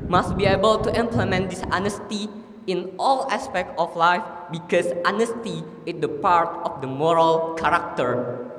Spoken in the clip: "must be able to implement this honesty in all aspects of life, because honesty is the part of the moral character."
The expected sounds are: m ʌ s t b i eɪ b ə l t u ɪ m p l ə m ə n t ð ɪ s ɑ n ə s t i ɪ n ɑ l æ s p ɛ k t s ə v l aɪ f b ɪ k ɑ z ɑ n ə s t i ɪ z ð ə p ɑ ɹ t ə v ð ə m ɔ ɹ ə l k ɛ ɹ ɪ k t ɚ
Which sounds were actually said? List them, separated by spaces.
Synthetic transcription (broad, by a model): m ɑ s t b i eɪ b ə l t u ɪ m p l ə m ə n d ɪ s ɑ n ə s t i ɪ n ɑ l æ s p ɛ k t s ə f l aɪ f b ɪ k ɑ s ɑ n ə s t i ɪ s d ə p ɑ ɹ t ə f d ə m ɔ ɹ ə l k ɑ ɹ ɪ k t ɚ